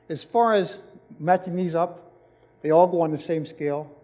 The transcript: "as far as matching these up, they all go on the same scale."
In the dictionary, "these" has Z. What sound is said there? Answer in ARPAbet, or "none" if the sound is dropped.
Z